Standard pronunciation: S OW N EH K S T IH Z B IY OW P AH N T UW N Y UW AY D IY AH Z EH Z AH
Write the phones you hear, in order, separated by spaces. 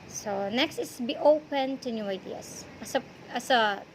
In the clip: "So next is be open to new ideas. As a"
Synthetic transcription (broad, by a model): S OW N EH K S T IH S B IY OW P AH N T UW N Y UW AY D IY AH S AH S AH